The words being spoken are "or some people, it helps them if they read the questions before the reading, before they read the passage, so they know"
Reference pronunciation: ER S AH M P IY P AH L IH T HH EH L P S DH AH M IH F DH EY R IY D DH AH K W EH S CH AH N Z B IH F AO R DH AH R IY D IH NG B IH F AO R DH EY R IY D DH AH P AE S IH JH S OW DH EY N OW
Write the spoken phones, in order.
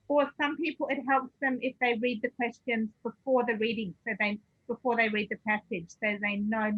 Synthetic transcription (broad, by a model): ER S AH M P IY P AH L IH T HH EH L P S DH AH M IH F DH EY R IY D DH AH K W EH S CH AH N Z B IH F AO R DH AH R IY D IH NG B IH F AO R DH EY R IY D DH AH P AE S IH JH S OW DH EY N OW